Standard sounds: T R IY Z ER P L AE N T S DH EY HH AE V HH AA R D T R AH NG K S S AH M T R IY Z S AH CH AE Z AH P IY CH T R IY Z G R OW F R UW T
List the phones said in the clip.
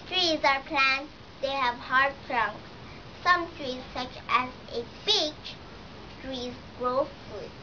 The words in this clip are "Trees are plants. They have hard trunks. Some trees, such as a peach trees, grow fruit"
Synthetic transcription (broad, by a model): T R IY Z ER P L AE N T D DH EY HH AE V HH AA R D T R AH NG K S S AH M T R IY Z S AH CH AE Z AH B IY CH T R IY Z G R OW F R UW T